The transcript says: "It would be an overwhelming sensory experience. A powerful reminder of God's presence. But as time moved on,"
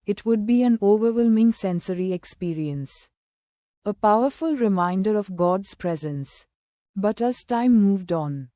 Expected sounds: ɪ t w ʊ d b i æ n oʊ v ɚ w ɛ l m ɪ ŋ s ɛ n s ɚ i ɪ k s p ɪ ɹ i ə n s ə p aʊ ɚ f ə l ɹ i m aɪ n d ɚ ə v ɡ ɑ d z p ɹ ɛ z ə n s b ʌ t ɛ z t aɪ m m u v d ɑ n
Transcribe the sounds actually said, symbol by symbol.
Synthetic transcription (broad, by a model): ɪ t w ʊ d b i æ n oʊ v ɚ w ɛ l m ɪ ŋ s ɛ n s ɚ i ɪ k s p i ɹ i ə n s ə p aʊ ɚ f ə l ɹ i m aɪ n d ɚ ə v ɡ ɑ d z p ɹ ɛ z ə n s b ʌ t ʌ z t aɪ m m u v d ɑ n